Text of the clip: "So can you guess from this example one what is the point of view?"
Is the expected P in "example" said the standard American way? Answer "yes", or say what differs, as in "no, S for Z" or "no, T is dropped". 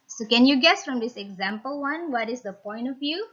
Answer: yes